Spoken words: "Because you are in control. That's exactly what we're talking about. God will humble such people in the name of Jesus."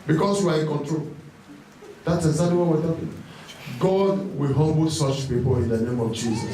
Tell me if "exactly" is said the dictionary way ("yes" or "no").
no